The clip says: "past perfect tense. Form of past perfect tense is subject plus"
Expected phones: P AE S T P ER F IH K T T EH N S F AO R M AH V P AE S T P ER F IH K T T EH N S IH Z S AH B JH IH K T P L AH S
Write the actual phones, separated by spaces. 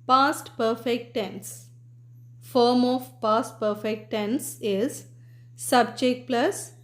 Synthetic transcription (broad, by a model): P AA S T P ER F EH K T T EH N S F AO R M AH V P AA S T P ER F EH K T T EH N S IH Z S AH B JH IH K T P L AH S